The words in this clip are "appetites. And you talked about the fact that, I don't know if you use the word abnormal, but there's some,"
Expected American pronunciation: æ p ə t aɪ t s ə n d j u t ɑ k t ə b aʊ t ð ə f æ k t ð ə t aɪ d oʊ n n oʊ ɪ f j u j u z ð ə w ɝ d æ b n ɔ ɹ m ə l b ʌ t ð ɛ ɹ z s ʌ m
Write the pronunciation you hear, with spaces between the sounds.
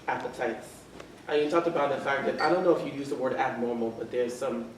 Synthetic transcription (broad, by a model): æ p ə t aɪ t s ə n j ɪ t ɑ k t ə b aʊ t ð ə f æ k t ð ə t aɪ d oʊ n n oʊ ɪ f j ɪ j u z ð ə w ɝ d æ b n ɔ ɹ m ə l b ʌ t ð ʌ ɹ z s ʌ m